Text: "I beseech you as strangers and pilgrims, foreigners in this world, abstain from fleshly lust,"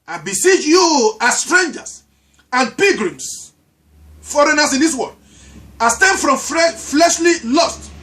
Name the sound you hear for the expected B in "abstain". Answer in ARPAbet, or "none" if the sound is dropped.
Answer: none